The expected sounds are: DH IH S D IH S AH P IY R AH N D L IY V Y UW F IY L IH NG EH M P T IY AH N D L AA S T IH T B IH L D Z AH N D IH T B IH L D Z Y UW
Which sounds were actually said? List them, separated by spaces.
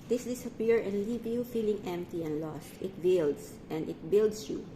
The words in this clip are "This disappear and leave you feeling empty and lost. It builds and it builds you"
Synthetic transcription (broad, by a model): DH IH S D IH S AH P IY R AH N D L IY V Y UW F IY L IH NG EH M P T IY AH N D L AA S T IH T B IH L D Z AH N D IH T B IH L D S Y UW